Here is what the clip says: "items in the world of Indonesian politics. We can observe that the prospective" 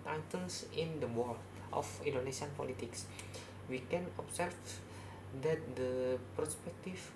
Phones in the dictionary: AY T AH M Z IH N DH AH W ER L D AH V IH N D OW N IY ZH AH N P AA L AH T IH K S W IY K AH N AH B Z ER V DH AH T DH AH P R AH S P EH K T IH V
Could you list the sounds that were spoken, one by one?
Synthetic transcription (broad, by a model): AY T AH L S IH N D AH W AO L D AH F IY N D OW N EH S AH N P AA L AH T IH K S W IY K AH N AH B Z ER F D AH T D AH P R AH S P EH K T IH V